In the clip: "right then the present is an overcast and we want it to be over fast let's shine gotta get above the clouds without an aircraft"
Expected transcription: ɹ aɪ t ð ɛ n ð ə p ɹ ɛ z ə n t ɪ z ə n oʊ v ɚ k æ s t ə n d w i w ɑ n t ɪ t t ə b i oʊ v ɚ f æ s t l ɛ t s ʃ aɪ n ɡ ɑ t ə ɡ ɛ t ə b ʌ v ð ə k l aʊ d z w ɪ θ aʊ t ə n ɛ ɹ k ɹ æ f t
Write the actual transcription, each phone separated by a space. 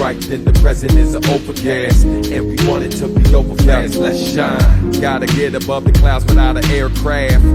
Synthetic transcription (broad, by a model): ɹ aɪ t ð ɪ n ð ə p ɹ ɛ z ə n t ɪ z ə oʊ p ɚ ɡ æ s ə n w i w ɑ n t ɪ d t ə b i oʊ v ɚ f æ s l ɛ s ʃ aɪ ɡ ɑ t ə ɡ ɛ t ə b ʌ v ð ə k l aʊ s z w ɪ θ aʊ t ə ɛ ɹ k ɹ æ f